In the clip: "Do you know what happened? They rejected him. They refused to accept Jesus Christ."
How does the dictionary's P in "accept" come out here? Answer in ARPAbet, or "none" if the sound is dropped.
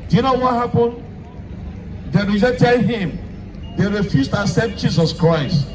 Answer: none